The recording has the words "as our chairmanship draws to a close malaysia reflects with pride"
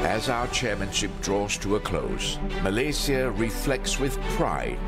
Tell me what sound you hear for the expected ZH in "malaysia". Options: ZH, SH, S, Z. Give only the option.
S